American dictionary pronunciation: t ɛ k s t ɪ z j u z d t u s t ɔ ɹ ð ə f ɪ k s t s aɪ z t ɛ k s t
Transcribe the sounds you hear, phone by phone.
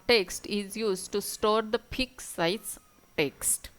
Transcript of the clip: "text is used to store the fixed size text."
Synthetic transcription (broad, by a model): t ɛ k s t ɪ z j u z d t u s t ɔ ɹ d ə p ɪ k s s aɪ s t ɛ k s t